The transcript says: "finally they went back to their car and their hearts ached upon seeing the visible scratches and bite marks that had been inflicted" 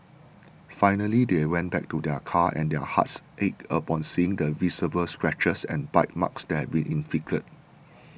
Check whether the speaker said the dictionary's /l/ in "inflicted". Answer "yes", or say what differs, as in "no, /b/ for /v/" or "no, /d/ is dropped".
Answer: no, /l/ is dropped